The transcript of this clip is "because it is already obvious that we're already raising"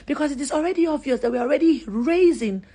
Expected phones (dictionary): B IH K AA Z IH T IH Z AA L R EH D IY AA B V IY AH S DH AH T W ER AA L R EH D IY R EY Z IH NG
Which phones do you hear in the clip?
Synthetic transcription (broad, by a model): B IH K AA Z IH T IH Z AA L R EH D IY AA V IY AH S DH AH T W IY AA L R EH D IY R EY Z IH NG